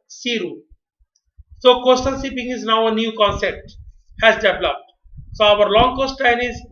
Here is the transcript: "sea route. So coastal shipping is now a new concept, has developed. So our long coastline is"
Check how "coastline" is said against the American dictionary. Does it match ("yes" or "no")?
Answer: no